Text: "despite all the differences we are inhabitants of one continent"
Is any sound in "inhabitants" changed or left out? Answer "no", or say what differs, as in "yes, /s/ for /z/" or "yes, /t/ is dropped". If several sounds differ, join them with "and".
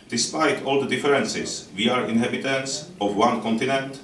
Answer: no